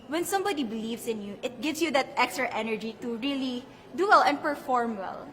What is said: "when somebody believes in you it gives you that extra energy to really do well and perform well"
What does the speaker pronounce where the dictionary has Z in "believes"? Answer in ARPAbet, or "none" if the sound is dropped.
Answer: S